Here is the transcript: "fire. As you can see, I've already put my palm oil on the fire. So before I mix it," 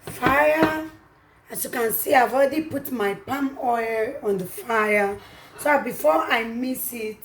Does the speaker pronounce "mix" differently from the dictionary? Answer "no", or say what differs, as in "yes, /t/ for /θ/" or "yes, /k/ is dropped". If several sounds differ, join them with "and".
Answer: yes, /k/ is dropped